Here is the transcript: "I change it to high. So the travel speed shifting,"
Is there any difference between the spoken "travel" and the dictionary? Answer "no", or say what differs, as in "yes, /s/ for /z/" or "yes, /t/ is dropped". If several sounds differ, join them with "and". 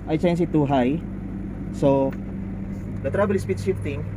yes, /b/ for /v/